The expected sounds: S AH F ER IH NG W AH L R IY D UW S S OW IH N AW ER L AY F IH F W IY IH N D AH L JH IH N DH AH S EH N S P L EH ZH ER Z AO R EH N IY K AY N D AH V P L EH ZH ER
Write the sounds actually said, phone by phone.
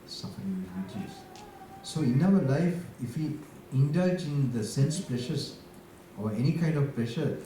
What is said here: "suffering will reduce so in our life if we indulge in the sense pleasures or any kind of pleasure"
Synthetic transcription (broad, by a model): S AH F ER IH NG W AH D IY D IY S S OW IH N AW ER L AY F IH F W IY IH N D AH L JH IH N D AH S EH N S P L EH SH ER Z AO R EH N IY K AY N D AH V P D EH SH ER